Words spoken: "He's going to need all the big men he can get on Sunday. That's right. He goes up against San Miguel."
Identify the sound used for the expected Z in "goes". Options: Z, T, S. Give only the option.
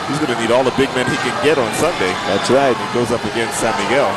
Z